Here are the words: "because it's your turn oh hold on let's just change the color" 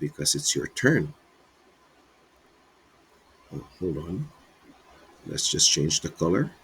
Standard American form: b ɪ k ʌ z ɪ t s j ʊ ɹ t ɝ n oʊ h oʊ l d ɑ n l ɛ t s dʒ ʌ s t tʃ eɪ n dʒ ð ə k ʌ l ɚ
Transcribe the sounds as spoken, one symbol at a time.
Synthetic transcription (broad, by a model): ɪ k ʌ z ɪ t s j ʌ ɹ t ɝ n oʊ h oʊ l d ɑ n l ɛ t s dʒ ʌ s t tʃ eɪ n dʒ ð ə k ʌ l ɚ